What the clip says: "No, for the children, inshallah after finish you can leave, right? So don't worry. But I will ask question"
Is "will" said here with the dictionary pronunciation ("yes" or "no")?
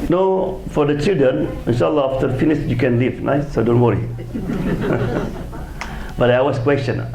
no